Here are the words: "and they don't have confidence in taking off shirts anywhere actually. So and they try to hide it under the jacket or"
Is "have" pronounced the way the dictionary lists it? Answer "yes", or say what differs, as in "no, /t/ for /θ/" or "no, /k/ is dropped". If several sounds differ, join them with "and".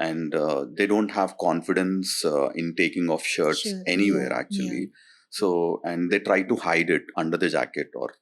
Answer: yes